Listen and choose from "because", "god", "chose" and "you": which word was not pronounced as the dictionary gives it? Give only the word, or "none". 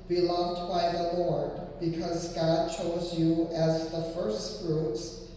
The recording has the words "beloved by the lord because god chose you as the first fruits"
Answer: none